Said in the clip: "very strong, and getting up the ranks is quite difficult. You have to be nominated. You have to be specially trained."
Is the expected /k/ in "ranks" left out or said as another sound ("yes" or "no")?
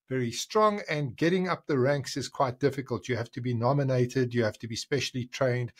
no